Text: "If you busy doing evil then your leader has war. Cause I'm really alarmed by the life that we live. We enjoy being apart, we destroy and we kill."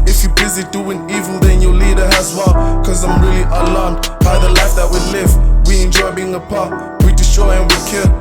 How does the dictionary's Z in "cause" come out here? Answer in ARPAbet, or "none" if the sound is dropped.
Z